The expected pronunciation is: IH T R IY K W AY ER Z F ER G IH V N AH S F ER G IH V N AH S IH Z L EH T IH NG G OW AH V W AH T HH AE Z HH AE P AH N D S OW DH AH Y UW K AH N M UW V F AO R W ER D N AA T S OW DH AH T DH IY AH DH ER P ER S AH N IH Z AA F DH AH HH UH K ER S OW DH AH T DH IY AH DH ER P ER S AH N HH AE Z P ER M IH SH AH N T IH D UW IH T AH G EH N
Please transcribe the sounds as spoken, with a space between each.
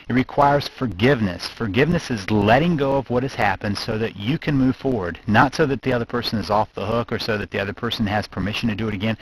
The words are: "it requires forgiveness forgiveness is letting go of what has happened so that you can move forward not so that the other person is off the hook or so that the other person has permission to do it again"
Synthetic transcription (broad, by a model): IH T R IY K W AY ER Z F ER G IH V N AH S F ER G IH V N AH S IH Z L EH T IH NG G OW AH V W AH T HH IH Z HH AE P AH N D S OW DH AH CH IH K AH N M UW V F AO R W ER D N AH T S OW DH AH T DH IY AH DH ER P ER S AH N IH Z AA F DH AH HH UH K ER S OW DH AH T DH IY AH DH ER P ER S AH N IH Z P ER M IH SH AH N T IH D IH IH T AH G EH N